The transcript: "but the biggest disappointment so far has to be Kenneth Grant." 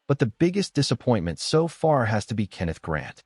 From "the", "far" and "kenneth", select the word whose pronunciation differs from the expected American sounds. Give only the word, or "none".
none